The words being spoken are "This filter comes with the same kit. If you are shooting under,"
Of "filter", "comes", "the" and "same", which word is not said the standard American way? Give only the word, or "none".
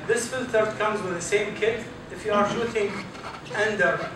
none